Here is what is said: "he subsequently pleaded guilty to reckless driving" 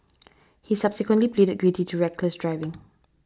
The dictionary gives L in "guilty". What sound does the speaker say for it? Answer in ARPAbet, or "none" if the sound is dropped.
none